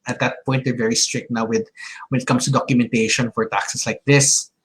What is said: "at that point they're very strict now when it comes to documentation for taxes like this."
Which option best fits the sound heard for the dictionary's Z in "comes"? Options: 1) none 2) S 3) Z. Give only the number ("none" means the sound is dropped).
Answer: 2